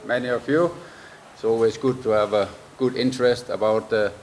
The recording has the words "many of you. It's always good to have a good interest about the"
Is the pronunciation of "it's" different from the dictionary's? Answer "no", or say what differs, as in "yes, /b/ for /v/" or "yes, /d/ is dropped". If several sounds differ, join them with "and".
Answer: no